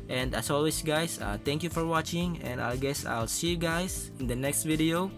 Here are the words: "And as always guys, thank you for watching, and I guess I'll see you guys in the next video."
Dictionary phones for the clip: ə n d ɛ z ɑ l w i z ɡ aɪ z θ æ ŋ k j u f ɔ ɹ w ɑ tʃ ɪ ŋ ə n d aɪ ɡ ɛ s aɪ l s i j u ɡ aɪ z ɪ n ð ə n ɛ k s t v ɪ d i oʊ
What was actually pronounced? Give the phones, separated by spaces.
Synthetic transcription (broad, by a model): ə n d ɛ s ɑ l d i s ɡ aɪ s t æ ŋ k j u f ɔ ɹ w ɑ tʃ ɪ ŋ ə n d aɪ ɡ ɛ s aɪ l s i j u ɡ aɪ s ɪ n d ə n ɛ k s t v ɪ d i oʊ